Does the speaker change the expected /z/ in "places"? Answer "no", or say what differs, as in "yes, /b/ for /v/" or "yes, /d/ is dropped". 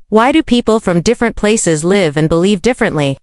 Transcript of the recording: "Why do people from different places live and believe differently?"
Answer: no